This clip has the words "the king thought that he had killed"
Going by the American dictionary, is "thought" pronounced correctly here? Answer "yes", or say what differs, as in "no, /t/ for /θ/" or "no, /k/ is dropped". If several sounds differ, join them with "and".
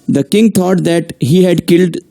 no, /t/ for /θ/